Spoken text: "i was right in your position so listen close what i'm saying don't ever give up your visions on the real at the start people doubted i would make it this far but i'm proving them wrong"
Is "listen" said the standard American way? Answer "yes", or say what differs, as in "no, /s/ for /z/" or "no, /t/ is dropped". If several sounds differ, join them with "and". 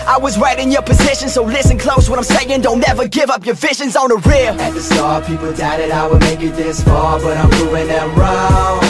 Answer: yes